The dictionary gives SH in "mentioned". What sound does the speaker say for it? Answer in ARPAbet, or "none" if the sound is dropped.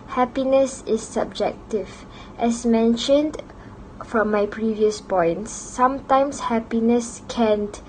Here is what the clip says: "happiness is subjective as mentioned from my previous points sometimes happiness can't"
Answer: SH